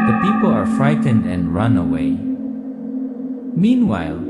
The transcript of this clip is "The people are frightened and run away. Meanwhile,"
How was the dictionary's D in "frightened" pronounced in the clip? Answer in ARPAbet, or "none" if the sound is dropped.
D